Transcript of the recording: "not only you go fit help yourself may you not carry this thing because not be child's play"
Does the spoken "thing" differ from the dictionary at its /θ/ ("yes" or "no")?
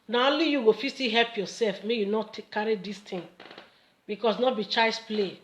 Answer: yes